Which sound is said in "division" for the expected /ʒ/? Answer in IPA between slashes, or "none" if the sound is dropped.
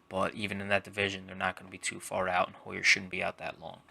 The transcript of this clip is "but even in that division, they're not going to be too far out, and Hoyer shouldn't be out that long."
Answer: /ʒ/